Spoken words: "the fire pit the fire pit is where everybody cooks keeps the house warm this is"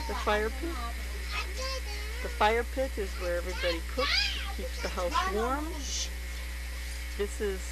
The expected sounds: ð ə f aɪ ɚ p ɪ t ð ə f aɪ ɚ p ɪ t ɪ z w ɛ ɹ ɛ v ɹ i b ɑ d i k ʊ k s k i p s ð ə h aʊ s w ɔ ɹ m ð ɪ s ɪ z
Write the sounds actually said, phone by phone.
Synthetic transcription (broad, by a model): ð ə f aɪ ɚ p ɪ t ð ə f aɪ ɚ p ɪ t ɪ z w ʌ ɹ ɛ v ɹ i b ɑ d i k ʊ k s k i p s ð ə h aʊ s w ɔ ɹ m ð ɪ s ɪ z